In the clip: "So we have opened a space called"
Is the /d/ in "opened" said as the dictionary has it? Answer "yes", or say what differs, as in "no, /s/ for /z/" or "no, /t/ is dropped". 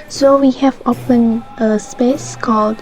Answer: no, /d/ is dropped